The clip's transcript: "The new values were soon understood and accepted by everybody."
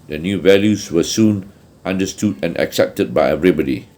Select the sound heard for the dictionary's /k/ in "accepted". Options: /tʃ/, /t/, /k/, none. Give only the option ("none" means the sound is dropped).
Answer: /k/